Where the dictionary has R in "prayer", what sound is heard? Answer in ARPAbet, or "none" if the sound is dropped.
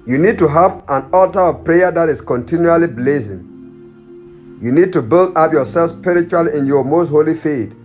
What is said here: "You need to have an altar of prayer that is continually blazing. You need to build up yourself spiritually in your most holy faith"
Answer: R